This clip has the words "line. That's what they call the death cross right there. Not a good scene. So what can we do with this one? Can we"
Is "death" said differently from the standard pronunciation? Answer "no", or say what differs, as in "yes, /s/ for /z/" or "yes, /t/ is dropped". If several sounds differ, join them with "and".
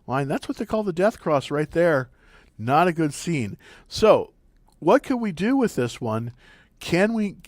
no